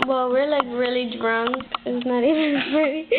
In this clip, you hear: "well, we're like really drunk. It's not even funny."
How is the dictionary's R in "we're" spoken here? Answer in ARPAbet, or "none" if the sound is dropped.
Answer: R